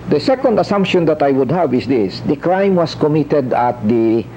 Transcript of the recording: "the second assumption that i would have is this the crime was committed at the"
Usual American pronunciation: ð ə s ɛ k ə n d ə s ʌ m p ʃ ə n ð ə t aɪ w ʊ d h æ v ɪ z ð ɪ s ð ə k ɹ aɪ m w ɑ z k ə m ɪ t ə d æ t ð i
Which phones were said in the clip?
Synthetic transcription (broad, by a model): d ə s ɛ k ə n d ə s ʌ m p ʃ ə n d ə t aɪ w ʊ d h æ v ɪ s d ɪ s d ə k ɹ aɪ m w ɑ s k ə m ɪ t ə d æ t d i